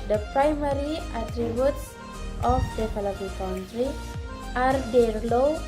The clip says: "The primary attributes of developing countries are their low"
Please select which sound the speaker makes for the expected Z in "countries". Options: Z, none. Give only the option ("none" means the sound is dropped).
none